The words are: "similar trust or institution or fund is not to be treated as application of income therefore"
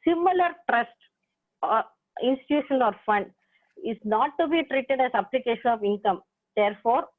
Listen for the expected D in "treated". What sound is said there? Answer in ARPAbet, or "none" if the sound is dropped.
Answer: D